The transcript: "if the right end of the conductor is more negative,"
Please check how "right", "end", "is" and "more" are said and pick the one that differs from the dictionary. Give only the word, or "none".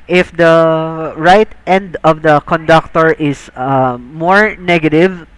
is